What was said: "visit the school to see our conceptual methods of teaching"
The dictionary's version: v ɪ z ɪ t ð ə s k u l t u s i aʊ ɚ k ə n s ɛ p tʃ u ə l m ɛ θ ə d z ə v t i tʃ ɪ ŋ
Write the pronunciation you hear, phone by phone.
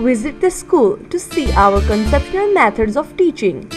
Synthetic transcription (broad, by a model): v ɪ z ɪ t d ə s k u l t u s i aʊ ɚ k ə n s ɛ p ʃ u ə l m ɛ t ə d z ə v t i tʃ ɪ ŋ